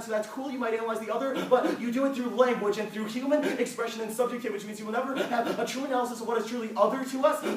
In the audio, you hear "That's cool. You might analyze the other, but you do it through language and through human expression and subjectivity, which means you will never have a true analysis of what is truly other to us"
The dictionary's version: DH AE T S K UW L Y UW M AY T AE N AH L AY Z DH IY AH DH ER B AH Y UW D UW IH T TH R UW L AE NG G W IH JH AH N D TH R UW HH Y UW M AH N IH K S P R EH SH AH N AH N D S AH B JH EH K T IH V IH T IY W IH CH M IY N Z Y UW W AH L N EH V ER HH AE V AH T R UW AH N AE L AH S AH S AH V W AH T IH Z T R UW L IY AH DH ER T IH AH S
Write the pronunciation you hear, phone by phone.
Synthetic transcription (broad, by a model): DH AE T S K UW L Y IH M AY T AE N AH L AY Z DH IY AH DH ER B AH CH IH D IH IH T TH R UW L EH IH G W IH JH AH N TH R UW HH Y UW M AH N IH K S P R EH SH AH N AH N S AH B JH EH K T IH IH W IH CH M IY N Z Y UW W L N EH V ER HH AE V AH T R UW AH N AE L AH S AH S AH V W AH T IH Z T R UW L IY AH DH ER T IH AH S